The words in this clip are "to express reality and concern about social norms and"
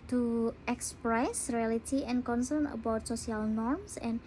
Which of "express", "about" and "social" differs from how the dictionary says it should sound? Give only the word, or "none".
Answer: social